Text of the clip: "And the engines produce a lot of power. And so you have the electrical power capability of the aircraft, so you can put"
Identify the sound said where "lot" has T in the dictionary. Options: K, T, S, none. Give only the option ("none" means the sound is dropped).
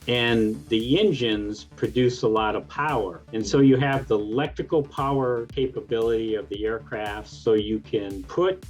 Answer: T